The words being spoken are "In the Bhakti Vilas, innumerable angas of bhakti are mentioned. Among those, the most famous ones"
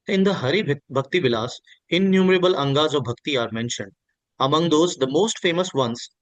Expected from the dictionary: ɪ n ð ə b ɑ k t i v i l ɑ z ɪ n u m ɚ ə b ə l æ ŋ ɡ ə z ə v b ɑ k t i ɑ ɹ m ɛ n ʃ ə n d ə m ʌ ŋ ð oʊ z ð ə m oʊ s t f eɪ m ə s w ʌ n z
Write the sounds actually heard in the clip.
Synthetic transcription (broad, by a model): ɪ n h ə b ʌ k t i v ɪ l ɑ s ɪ n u m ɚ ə b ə l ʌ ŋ ɡ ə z ə v b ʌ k t i ɑ ɹ m ɛ n ʃ ə n d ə m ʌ ŋ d oʊ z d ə m oʊ s t f eɪ m ə s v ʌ n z